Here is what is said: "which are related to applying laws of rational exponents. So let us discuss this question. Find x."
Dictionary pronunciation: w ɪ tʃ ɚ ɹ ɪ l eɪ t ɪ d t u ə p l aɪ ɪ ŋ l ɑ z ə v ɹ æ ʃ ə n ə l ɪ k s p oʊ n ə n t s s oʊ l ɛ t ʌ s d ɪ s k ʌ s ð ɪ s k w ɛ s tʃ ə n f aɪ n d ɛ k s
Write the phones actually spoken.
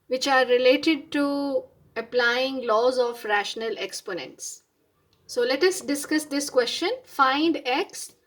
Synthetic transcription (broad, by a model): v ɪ tʃ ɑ ɹ ɪ l eɪ t ɪ d t u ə p l aɪ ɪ ŋ l ɑ z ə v ɹ æ ʃ ə n ə l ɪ k s p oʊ n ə n t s s oʊ l ɛ t ʌ s d ɪ s k ʌ s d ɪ s k w ɛ s tʃ ə n f aɪ n d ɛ k s